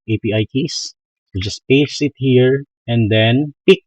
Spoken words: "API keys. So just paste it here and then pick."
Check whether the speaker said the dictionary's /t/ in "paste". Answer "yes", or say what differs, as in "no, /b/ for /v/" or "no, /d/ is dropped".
no, /t/ is dropped